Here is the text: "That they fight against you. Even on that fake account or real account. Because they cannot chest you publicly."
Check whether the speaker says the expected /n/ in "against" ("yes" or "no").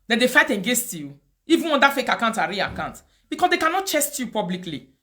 no